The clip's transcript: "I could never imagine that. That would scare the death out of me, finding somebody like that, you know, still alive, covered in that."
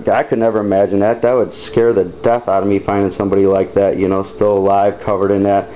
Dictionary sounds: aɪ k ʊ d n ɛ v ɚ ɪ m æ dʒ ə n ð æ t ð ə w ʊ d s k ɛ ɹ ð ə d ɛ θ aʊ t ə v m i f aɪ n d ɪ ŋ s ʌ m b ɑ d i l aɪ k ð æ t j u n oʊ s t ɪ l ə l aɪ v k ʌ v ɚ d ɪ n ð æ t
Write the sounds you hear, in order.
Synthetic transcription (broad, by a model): aɪ k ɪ d n ɛ v ɚ ɪ m æ dʒ ə n ð æ t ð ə w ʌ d s k ɛ ɹ ð ə d ɛ θ aʊ t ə m i f aɪ n d ɪ ŋ s ʌ m b ɑ d i l aɪ k ð æ t j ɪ n oʊ s t ɪ l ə l aɪ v k ʌ v ɚ d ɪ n ð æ t